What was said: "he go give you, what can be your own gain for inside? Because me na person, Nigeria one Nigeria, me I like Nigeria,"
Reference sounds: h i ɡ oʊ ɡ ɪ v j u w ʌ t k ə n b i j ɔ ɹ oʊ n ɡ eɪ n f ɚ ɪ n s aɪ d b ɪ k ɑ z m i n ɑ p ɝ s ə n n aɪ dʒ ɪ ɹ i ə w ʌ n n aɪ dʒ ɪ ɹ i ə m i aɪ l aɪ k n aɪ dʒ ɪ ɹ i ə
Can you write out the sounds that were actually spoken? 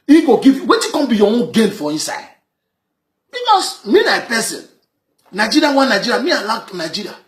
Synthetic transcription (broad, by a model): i ɡ oʊ ɡ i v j w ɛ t k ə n b i j ɔ oʊ n ɡ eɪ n f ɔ ɪ n s aɪ d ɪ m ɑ s m i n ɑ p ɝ s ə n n aɪ dʒ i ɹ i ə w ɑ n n aɪ dʒ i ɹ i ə m i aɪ l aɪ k n aɪ dʒ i ɹ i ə